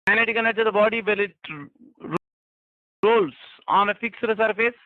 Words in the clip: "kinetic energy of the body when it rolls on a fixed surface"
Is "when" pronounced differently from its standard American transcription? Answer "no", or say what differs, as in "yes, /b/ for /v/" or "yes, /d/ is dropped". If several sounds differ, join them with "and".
yes, /l/ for /n/